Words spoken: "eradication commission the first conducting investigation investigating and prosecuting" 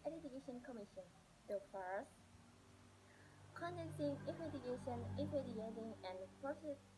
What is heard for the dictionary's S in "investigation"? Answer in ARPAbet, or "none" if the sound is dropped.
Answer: none